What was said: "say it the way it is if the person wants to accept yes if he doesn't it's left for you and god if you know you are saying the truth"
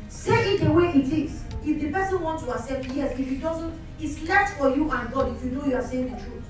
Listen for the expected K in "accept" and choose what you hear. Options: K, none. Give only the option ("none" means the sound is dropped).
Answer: none